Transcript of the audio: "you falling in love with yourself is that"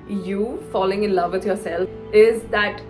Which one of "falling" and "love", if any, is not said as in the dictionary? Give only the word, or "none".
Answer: none